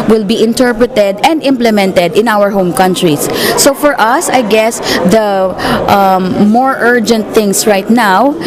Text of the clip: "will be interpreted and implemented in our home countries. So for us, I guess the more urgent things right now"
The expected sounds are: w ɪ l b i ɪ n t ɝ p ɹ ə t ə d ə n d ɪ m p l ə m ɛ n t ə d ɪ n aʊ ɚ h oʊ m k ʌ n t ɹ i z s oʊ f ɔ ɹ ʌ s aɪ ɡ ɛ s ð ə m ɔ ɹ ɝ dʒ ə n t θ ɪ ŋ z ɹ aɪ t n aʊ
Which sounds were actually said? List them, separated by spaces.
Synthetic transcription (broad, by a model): w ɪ l b i ɪ n t ɝ p ɹ ə t ə d ə n d ɪ m p l ə m ɛ n t ə d ɪ n aʊ ɚ h oʊ m k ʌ n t ɹ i s oʊ f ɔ ɹ ʌ s aɪ ɡ ɛ s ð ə m ɔ ɹ ɝ dʒ ə n t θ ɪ ŋ s ɹ aɪ t n aʊ